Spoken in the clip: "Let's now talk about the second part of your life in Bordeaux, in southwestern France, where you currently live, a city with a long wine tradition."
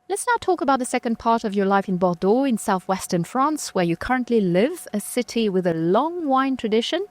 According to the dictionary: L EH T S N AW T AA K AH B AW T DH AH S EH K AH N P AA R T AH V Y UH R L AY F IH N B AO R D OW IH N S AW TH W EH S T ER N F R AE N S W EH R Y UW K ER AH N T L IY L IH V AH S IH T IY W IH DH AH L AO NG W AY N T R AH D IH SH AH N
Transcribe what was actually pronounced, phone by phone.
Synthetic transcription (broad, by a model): L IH T S N AW T AA K AH B AW T DH AH S EH K AH N P AA R T AH V Y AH R L AY F IH N B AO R D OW IH N S AW TH W EH S T ER N F R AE N S W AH R Y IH K ER AH N T L IY L IH V AH S IH T IY W IH DH AH L AO NG W AY N T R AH D IH SH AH N